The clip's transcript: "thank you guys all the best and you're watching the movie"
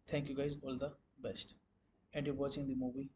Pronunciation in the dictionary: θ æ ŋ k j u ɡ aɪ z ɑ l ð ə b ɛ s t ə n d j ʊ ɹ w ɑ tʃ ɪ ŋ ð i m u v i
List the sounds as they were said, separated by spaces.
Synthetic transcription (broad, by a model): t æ ŋ k j u ɡ aɪ z ɑ l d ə b ɛ s t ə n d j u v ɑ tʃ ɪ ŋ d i m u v i